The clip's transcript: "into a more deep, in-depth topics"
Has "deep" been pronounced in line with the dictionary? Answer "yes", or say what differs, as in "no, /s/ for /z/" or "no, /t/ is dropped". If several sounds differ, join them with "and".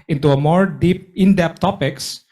yes